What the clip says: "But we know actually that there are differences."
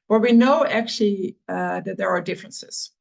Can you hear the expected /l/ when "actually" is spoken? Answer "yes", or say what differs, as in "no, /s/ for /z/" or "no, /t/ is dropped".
yes